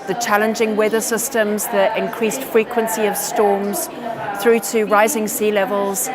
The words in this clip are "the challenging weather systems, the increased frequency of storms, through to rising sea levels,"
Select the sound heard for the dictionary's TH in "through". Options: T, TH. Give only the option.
TH